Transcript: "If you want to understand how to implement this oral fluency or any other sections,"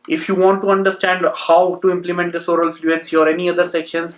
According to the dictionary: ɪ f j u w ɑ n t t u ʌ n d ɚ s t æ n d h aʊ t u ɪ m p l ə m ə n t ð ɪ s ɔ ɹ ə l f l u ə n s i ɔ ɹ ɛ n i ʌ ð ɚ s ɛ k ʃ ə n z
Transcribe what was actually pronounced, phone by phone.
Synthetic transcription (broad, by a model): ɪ f j u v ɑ n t t u ʌ n d ɚ s t æ n d h aʊ t u ɪ m p l ə m ə n t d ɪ s ɔ ɹ ə l f l u ə n s i ɔ ɹ ɛ n i ʌ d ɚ s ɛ k ʃ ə n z